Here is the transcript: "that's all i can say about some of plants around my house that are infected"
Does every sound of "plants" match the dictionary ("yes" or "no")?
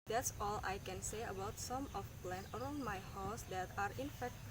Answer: no